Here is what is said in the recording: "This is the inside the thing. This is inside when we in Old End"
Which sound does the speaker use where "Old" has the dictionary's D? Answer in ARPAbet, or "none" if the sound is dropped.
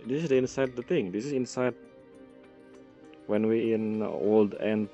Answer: D